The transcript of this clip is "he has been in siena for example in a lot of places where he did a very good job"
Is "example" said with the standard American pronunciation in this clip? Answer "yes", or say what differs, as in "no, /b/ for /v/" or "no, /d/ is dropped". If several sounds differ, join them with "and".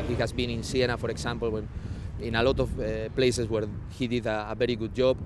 no, /n/ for /l/